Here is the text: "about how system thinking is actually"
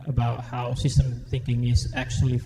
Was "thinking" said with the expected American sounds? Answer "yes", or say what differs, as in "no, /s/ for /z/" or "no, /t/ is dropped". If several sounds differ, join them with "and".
yes